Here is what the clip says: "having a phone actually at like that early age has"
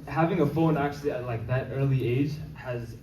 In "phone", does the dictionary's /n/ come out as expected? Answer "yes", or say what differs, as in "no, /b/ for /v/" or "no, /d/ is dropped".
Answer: yes